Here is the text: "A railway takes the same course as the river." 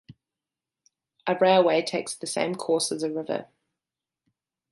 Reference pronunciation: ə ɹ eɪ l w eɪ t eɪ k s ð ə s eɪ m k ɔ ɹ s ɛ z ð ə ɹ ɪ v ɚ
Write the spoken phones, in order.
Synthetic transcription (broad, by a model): ə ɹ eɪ w eɪ t eɪ k s ð ə s eɪ m k ɔ s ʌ z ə ɹ ɪ v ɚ